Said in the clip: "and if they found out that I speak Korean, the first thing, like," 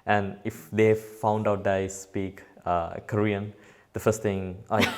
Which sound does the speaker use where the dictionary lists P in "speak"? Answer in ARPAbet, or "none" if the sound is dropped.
P